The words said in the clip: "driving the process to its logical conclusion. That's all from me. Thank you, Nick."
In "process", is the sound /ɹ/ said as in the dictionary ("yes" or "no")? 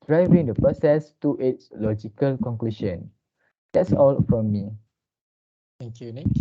no